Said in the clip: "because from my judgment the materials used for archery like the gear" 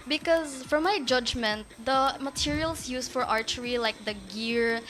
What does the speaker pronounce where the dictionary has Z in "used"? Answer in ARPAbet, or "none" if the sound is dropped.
S